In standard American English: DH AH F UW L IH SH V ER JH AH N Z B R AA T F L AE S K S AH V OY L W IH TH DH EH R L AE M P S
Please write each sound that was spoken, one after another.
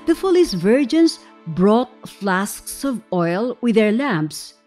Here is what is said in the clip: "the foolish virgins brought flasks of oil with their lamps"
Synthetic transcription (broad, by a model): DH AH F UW L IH S V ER JH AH N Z B R AA T F L AE S K S AH V OY L W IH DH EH R L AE M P S